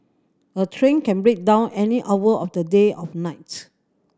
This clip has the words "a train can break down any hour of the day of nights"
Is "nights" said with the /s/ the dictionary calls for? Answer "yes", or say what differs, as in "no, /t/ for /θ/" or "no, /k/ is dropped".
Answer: no, /s/ is dropped